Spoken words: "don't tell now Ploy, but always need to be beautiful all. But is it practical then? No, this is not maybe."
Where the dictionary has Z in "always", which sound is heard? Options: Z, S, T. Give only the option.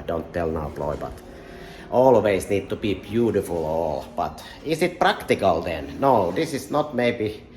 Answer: S